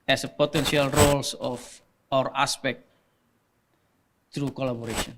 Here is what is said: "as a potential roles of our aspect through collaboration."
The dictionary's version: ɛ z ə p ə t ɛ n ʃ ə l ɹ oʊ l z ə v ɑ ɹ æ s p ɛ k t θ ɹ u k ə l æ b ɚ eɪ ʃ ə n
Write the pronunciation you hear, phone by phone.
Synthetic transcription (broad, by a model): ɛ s ə p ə t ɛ n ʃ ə l ɹ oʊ l s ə f ɑ ɹ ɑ s p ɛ k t t ɹ u k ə l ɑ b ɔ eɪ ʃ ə n